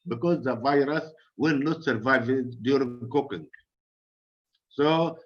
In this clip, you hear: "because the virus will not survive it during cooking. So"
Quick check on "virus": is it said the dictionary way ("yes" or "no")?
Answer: yes